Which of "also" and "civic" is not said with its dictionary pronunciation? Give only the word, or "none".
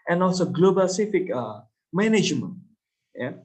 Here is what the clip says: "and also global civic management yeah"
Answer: civic